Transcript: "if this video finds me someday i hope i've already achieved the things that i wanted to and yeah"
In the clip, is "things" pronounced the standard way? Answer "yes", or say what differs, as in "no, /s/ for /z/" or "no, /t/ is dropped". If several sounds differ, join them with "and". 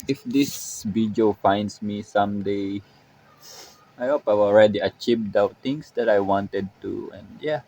no, /t/ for /θ/